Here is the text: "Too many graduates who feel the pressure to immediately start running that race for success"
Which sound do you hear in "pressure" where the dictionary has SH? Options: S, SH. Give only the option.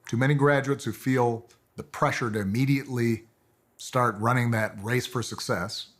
SH